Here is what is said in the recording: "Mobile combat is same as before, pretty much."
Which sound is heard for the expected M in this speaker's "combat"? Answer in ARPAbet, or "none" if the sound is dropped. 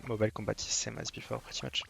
none